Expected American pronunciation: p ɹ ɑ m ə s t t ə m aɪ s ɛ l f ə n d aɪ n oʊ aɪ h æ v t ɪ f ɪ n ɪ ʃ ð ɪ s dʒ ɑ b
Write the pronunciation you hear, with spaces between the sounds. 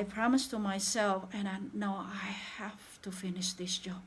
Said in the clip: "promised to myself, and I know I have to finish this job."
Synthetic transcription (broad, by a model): p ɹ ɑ m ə s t t ə m aɪ s ɛ l f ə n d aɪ n oʊ aɪ h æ f t ɪ f ɪ n ɪ ʃ ð ɪ s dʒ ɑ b